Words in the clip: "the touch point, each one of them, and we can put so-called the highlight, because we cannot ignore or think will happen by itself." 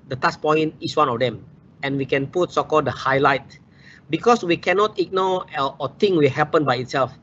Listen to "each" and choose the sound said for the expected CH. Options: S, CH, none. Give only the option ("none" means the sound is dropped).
S